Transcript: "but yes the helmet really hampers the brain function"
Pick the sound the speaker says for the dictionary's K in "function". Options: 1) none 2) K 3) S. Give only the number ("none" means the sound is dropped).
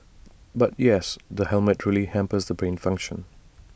2